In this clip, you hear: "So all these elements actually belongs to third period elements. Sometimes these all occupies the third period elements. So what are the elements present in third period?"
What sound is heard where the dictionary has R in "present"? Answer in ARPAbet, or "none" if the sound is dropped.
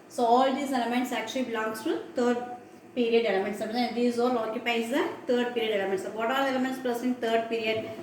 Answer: L